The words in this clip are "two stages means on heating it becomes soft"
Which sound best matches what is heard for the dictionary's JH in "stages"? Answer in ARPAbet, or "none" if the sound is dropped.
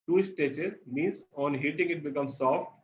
CH